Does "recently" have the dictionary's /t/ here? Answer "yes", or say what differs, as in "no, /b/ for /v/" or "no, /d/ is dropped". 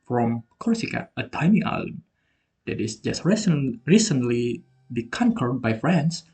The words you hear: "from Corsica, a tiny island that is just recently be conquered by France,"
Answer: no, /s/ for /t/